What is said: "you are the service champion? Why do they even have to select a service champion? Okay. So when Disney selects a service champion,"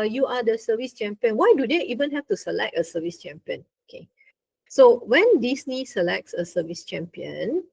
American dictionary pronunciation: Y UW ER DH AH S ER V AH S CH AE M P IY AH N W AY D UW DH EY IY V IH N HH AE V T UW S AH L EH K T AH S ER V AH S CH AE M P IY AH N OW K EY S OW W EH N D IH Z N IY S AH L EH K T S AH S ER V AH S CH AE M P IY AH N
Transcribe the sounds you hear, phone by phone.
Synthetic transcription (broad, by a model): Y UW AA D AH S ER V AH S CH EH M P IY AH N W AY D UW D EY IY V IH N HH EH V T UW S AH L EH K T AH S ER V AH S CH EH M P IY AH N OW K EY S OW W EH N D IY S N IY S AH L EH K T S AH S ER V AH S CH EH M P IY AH N